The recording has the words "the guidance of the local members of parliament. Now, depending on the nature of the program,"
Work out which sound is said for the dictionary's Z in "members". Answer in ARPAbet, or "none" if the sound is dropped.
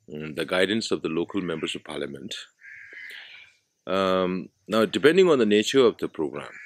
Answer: S